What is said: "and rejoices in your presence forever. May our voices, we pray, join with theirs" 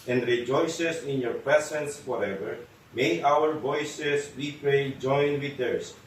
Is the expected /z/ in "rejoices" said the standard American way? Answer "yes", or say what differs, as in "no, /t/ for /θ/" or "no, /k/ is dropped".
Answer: no, /s/ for /z/